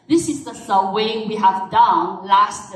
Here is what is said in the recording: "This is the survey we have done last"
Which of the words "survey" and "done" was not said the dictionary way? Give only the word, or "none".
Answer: survey